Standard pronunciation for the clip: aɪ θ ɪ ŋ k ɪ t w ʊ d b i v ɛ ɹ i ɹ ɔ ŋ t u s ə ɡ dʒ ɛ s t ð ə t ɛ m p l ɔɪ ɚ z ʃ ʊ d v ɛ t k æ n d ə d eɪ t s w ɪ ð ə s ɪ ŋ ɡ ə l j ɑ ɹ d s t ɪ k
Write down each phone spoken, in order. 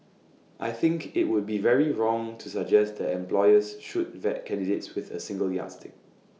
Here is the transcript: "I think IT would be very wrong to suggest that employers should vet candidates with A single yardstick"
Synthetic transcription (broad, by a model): aɪ θ ɪ ŋ k ɪ t w ʊ d b i v ɛ ɹ i ɹ ɔ ŋ t u s ə ɡ dʒ ɛ s t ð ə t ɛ m p l ɔɪ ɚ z ʃ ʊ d v ɛ t k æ n d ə d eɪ t s w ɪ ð ə s ɪ ŋ ɡ ə l j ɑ s t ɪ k